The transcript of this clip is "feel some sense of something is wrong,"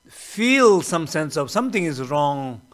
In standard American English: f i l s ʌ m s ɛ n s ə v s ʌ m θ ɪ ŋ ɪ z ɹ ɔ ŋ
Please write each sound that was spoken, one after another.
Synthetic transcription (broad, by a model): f i l s ʌ m s ɛ n s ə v s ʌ m t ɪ ŋ ɪ z ɹ ɔ ŋ